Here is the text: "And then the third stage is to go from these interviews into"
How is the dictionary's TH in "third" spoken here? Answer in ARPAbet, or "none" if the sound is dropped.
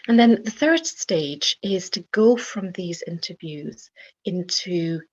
TH